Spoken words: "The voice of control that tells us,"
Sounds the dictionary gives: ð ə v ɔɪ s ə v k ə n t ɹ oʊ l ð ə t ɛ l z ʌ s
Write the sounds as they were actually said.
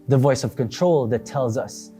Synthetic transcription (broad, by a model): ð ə v ɔɪ s ə v k ə n t ɹ oʊ l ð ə t ɛ l z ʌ s